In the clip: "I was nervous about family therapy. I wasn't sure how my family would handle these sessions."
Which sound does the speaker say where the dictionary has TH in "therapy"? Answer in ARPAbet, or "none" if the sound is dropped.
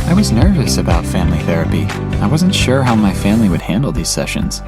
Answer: TH